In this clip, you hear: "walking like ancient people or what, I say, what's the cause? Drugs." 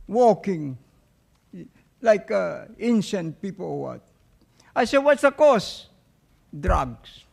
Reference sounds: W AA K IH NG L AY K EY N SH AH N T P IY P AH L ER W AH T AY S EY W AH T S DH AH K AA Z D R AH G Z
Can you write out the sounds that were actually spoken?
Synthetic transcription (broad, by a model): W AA K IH NG L AY K EY N SH AH N T P IY P AH L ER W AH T AY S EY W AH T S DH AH K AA S D R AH G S